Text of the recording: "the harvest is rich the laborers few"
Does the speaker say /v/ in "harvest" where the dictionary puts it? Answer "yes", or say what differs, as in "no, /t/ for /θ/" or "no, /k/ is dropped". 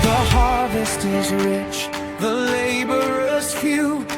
yes